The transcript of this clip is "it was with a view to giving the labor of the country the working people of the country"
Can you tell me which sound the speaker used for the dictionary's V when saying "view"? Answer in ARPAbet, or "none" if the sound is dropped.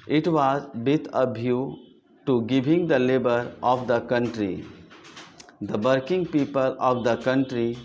B